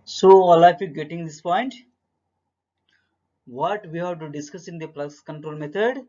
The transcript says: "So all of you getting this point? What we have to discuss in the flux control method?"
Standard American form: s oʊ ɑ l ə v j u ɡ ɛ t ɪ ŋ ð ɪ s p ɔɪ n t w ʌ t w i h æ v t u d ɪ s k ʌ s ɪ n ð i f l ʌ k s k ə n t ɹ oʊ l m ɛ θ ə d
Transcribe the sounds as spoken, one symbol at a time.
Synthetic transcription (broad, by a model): s oʊ ɑ l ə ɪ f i ɡ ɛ t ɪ ŋ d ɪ s p ɔɪ n t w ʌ t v i h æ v t u d ɪ s k ʌ s ɪ n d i p l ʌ s k ə n t ɹ oʊ l m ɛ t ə d